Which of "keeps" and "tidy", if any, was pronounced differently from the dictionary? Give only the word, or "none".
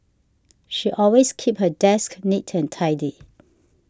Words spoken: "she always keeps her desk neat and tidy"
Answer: keeps